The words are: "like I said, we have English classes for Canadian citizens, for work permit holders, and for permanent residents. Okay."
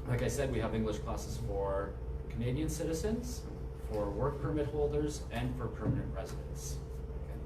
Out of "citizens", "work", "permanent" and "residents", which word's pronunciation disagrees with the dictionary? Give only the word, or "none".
none